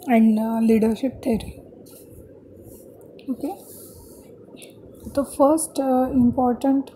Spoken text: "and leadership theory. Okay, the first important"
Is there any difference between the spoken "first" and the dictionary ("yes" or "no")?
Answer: no